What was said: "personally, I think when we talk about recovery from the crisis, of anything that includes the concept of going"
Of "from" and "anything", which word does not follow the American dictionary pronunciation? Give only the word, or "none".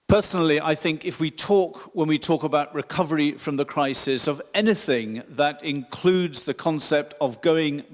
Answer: none